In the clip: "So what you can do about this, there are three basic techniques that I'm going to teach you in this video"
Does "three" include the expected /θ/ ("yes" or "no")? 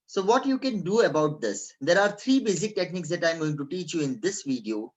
no